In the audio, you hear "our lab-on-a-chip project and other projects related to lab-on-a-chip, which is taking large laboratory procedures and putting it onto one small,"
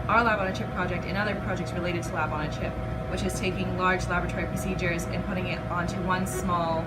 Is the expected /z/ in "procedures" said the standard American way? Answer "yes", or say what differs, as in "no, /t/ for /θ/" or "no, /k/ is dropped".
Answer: yes